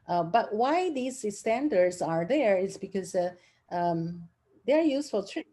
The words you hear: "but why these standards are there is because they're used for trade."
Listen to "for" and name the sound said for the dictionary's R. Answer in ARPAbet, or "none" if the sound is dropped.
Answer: L